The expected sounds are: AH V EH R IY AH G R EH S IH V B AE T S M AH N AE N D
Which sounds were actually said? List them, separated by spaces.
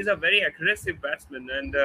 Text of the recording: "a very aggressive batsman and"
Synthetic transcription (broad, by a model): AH V EH R IY AH G R EH S IH V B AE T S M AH N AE N D